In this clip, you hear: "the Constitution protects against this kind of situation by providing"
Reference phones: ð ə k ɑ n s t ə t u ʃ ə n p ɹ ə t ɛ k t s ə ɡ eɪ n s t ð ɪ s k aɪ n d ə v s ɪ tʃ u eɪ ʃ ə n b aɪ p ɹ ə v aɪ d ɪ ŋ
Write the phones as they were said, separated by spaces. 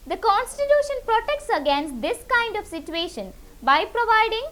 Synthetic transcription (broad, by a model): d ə k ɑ n s t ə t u ʃ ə n p ɹ ə t ɛ k t s ə ɡ eɪ n s t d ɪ s k aɪ n d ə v s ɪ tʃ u eɪ ʃ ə n b aɪ p ɹ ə v aɪ d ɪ ŋ